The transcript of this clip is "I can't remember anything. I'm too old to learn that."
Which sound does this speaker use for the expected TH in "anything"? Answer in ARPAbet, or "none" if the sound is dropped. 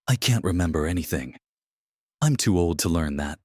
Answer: TH